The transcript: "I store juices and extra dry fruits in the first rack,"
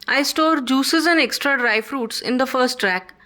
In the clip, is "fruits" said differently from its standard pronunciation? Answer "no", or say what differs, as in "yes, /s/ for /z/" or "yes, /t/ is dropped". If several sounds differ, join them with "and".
no